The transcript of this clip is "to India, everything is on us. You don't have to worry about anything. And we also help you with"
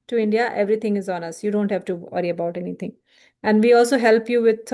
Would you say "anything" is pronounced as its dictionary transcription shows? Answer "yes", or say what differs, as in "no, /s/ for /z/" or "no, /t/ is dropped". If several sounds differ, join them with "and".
no, /t/ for /θ/